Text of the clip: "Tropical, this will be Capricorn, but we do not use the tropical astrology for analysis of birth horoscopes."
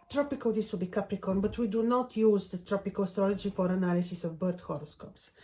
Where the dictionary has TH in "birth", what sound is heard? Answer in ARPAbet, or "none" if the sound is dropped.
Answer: T